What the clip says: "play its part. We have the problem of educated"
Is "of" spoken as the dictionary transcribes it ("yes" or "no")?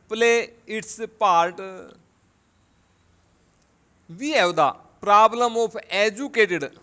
no